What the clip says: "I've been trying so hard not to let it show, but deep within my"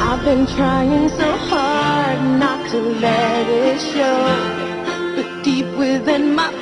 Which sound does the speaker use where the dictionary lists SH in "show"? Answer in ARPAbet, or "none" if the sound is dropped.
SH